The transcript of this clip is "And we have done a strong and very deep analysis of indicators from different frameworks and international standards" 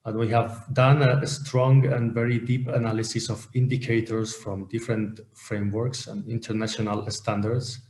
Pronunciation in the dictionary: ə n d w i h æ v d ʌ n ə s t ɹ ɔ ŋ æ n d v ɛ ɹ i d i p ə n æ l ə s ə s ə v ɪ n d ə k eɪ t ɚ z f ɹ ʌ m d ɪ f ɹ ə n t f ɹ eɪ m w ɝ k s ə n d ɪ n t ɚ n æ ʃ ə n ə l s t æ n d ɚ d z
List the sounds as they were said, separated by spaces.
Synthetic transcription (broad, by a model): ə n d w i h æ v d ʌ n ə s t ɹ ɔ ŋ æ n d v ɛ ɹ i d i p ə n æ l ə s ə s ə v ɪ n d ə k eɪ t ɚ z f ɹ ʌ m d ɪ f ɹ ə n t f ɹ eɪ m w ɝ k s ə n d ɪ n t ɚ n æ ʃ ə n ə l s t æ n d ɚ d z